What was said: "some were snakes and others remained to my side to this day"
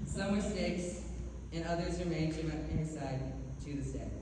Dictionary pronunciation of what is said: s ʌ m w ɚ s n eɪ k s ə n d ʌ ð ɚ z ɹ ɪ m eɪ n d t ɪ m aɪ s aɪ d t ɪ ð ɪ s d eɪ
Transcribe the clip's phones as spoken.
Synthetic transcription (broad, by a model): s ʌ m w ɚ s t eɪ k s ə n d ʌ ð ɚ z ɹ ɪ m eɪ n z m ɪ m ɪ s aɪ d t ɪ ð ɪ s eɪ